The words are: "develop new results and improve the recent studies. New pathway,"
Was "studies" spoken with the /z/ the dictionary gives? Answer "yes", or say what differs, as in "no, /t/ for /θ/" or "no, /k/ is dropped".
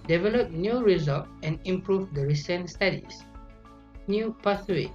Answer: no, /s/ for /z/